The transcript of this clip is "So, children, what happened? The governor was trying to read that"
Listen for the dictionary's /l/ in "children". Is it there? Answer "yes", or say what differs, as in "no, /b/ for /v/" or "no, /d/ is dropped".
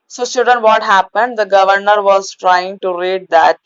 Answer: no, /l/ is dropped